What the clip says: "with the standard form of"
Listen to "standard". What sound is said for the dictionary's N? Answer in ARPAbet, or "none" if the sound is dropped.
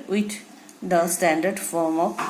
N